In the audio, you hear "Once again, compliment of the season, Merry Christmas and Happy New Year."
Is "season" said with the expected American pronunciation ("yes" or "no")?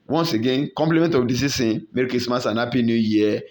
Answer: no